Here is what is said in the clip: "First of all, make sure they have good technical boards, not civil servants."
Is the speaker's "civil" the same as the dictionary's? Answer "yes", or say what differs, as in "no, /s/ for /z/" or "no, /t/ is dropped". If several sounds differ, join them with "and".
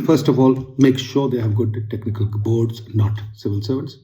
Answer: yes